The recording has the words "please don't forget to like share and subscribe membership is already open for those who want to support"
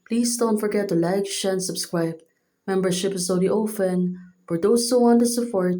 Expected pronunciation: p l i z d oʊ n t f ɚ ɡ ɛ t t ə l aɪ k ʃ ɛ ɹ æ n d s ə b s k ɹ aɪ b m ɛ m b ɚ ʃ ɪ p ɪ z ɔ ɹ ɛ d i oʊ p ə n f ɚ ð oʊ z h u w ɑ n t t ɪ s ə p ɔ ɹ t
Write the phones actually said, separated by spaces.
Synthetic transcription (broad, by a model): p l i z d oʊ n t f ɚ ɡ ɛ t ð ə l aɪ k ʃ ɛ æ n s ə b s k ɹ aɪ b m ɛ m b ɚ ʃ ɪ p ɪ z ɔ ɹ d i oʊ f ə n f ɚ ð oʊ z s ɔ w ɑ n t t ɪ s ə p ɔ ɹ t